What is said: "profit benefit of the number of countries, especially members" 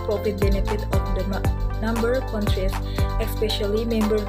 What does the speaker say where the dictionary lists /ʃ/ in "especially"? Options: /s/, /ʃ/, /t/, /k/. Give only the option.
/ʃ/